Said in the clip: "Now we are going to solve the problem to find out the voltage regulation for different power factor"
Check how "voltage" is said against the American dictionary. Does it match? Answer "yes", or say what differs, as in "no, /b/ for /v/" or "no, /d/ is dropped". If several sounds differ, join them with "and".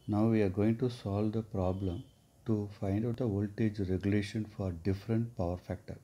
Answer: yes